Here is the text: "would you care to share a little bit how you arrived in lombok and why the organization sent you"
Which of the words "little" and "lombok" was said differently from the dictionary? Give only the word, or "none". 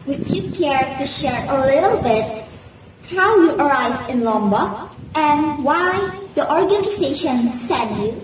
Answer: lombok